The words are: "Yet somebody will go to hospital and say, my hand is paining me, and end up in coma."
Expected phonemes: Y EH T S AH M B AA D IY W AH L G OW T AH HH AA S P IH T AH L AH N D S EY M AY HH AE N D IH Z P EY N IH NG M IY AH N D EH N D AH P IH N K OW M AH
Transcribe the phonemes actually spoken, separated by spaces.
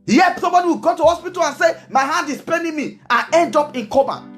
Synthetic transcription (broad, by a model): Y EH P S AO B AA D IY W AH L G OW T AH HH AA S P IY T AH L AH N S EY M AY HH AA N D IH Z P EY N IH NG M IY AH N EH N D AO P IH N K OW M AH